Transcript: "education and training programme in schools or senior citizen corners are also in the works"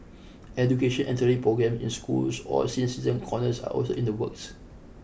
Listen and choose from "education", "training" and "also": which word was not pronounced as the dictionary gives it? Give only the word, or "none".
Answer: training